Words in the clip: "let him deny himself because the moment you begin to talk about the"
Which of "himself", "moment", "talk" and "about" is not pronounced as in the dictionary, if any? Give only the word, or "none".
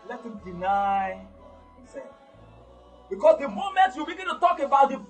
himself